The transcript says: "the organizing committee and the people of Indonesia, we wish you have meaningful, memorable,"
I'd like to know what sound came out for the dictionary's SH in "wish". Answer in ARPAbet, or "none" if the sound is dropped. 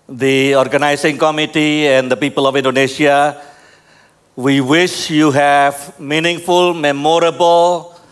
SH